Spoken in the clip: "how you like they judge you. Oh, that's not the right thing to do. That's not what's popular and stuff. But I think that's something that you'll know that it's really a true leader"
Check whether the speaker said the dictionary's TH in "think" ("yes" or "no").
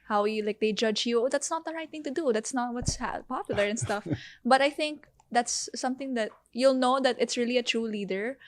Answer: yes